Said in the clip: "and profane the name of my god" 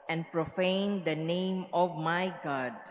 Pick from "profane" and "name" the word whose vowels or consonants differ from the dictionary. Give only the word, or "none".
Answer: none